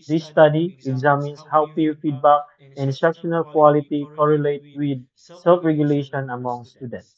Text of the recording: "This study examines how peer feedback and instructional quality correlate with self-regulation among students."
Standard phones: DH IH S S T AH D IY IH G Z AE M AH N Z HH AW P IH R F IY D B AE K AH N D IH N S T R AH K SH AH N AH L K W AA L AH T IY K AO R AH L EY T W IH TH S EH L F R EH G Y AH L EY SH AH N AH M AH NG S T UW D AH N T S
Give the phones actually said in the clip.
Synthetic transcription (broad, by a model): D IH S S T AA D IY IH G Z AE M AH N S HH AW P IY F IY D B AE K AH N N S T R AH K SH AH N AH L K W AA L AH T IY K AO R AH L EY T W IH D S EH L F R EH G Y AH L EY SH AH N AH M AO NG S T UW D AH N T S